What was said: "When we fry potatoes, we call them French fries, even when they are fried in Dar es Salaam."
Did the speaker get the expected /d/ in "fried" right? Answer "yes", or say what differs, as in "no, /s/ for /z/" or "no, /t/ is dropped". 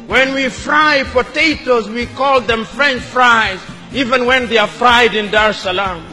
yes